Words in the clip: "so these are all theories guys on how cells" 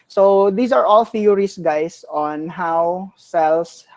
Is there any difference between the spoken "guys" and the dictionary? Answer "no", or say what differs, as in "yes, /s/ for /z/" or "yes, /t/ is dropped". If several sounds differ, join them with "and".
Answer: yes, /s/ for /z/